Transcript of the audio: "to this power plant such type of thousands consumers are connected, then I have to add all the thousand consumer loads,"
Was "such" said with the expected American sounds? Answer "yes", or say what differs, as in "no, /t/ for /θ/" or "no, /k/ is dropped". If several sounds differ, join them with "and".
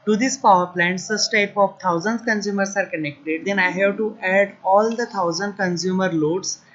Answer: no, /s/ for /tʃ/